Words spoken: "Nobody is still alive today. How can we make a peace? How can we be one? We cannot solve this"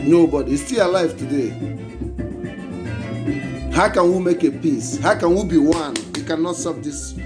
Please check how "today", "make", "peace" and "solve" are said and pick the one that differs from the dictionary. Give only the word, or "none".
solve